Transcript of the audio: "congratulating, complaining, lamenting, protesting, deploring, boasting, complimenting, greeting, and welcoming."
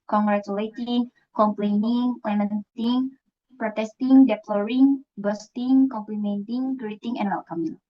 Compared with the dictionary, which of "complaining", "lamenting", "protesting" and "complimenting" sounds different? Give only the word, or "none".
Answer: none